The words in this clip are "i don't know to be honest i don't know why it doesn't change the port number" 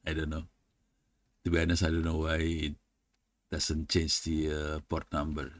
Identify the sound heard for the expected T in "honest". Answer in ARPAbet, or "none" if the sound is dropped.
none